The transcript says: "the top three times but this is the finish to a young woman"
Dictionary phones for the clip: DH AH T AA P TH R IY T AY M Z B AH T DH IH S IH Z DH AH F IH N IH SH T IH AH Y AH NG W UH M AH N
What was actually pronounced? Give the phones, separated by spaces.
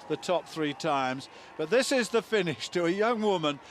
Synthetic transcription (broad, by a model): DH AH T AA P TH R IY T AY M Z B AH T DH IH S IH Z DH AH F IH N IH SH T IH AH Y AH NG W UH M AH N